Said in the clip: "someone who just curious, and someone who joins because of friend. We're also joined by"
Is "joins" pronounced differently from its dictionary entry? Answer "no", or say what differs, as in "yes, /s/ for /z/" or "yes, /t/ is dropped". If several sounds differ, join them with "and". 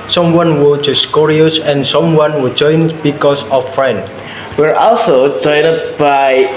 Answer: yes, /z/ is dropped